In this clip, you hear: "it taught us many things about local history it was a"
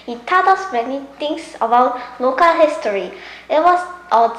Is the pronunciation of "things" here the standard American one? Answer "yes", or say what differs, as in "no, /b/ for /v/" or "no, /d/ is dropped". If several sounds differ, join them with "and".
no, /t/ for /θ/ and /s/ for /z/